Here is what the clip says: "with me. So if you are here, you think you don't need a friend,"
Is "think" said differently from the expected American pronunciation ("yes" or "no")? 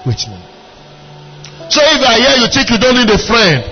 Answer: yes